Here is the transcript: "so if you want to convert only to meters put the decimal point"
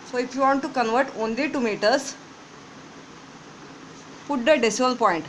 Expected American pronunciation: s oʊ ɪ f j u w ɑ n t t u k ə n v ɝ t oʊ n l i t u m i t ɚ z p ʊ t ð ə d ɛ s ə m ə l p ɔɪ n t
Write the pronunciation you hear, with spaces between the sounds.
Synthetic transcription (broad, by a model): s oʊ ɪ f j u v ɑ n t t u k ə n v ɝ t oʊ n l i t u m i t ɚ s p ʊ t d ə d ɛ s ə ə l p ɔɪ n t